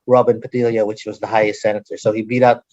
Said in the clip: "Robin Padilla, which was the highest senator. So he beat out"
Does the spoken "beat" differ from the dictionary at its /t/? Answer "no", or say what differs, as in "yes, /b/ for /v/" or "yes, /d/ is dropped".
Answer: no